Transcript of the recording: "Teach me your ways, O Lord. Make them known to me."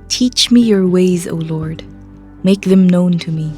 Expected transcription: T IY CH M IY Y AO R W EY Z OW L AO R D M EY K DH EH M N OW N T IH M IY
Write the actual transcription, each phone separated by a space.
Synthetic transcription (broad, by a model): T IY CH M IY Y AO R W EY Z OW L AO R D M EY K DH EH M N OW N T IH M IY